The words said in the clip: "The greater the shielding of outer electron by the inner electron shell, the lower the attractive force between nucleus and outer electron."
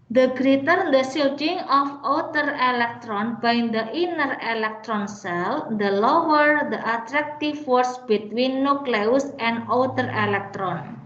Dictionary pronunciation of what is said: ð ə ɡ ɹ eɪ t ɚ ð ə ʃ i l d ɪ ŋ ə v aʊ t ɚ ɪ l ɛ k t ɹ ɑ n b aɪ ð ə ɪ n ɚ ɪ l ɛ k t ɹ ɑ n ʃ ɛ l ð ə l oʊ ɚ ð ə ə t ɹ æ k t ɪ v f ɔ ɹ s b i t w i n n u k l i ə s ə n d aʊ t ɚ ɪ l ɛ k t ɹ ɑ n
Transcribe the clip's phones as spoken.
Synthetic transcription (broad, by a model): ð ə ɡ ɹ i t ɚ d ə s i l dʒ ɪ ŋ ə f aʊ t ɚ ɪ l ɛ k t ɹ ɑ n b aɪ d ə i n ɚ ɪ l ɛ k t ɹ ɑ n s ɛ l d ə l oʊ ɚ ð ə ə t ɹ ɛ k t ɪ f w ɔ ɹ s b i t w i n n u k l i ə s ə n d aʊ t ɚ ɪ l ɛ k t ɹ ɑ n